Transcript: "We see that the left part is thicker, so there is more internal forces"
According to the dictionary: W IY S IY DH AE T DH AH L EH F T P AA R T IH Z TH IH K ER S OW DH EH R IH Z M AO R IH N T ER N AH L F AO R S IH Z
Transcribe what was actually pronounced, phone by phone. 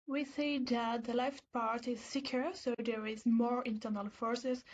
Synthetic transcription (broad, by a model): W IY S IY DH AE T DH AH L EH F T P AA R T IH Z S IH K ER S OW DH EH R IH Z M AO R IH N T ER N AH L F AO R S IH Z